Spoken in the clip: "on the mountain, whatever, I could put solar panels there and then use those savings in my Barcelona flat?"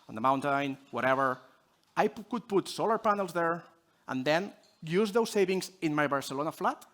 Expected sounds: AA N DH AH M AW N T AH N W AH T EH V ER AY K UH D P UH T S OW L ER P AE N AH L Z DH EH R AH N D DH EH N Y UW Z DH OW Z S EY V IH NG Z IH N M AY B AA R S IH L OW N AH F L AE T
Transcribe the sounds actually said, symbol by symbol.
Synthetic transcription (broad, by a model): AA N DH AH M AW N T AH N W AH T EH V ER AY K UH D P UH T S OW L ER P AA N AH L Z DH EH R AH N D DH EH N Y UW Z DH OW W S EY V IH NG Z IH N M AY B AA R S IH L OW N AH F L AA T